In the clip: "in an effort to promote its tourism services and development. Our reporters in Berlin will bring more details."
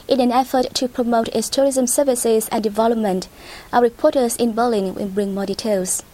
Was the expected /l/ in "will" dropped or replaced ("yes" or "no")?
yes